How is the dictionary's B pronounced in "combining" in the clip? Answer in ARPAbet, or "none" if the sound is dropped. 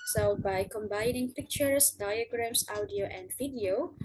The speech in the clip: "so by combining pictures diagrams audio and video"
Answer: B